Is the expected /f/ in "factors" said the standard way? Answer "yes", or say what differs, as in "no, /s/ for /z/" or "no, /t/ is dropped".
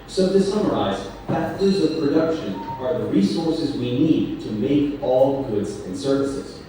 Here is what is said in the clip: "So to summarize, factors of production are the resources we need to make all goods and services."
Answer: no, /p/ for /f/